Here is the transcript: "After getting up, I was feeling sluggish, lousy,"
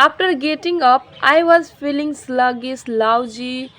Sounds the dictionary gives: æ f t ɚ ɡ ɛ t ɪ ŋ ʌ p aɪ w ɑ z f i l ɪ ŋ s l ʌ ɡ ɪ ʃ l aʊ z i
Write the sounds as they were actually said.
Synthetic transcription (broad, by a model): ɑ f t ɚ ɡ ɛ t ɪ ŋ ʌ p aɪ w ɑ z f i l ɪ ŋ s l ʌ ɡ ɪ s l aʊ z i